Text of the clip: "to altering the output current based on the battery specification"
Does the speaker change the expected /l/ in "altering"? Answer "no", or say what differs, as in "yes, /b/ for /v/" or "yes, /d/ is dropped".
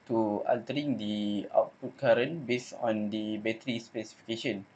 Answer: no